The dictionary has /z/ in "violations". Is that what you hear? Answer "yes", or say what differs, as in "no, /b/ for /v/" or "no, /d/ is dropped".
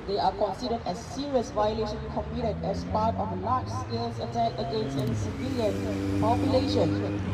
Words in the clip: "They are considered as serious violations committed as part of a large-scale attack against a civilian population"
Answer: no, /z/ is dropped